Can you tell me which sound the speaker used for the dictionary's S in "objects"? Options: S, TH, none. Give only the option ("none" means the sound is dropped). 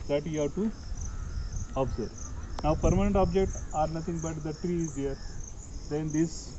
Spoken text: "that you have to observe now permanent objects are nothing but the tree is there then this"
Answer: none